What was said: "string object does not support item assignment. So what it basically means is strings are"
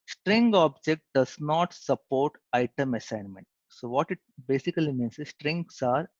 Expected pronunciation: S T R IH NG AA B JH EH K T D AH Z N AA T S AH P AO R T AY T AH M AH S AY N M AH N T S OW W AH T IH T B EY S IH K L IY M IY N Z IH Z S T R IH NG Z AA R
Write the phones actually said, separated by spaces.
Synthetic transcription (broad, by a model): S T R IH NG AA B JH EH K T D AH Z N AA T S AH P AO R T AY T AH M AH S AY N M AH N T S OW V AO T IH T B EY S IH K L IY M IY N S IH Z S T R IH NG S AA R